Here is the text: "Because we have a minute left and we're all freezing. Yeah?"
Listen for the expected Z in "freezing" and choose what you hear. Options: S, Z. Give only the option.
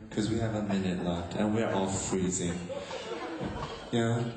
Z